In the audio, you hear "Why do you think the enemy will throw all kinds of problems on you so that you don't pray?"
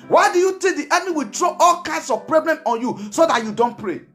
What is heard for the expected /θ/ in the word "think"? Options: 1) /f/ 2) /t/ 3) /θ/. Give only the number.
2